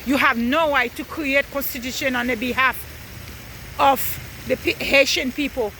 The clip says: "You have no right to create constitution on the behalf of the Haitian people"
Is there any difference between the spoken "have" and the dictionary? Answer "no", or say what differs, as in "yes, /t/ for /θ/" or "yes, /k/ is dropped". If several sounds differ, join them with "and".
no